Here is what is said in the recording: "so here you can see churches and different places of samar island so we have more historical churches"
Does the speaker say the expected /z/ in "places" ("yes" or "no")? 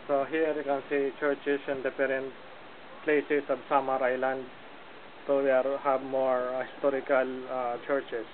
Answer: no